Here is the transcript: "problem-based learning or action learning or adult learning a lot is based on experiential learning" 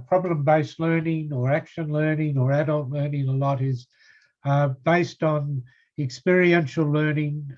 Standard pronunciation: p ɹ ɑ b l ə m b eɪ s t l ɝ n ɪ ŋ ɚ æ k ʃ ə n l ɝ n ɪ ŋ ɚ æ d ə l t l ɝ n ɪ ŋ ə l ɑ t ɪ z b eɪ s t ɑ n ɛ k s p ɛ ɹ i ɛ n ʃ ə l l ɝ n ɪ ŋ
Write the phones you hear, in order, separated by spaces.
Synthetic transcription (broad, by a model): p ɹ ɑ b l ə m b eɪ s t l ɝ n ɪ ŋ ɚ æ k ʃ ə n l ɝ n ɪ ŋ ɚ æ d ə l t l ɝ n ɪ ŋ ə l ɑ t ɪ z b eɪ s t n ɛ k s p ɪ ɹ i ɛ n ʃ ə l l ɝ n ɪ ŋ